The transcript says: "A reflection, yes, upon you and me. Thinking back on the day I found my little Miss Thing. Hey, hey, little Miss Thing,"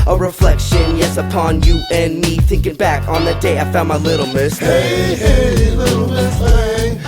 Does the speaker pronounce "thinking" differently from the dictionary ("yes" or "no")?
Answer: no